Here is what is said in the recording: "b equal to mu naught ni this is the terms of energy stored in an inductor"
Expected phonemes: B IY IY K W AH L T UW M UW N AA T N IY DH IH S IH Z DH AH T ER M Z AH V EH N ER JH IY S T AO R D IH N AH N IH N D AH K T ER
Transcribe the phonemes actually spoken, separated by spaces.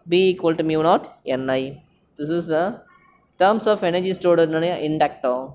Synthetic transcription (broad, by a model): B IY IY K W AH L T UW M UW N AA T N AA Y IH S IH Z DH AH T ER M S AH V EH N ER JH IY S T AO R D IH N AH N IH N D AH K T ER